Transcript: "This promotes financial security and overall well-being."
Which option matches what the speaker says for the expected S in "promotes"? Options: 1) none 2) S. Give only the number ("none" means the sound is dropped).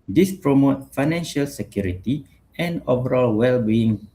1